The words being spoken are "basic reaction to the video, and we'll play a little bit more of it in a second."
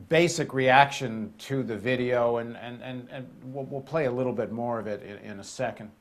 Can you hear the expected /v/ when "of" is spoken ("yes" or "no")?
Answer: yes